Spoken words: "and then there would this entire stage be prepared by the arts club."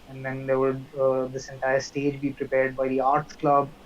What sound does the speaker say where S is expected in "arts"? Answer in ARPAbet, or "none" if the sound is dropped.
none